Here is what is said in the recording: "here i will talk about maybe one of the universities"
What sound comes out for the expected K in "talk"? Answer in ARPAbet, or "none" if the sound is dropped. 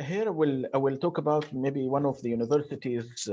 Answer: K